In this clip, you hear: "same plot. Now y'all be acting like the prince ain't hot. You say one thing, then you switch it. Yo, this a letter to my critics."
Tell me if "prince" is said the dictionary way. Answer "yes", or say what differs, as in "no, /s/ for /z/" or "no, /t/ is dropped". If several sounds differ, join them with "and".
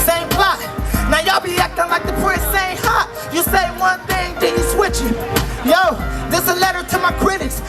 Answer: no, /n/ is dropped